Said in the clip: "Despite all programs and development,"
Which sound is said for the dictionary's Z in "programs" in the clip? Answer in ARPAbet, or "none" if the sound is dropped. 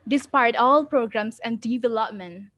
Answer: S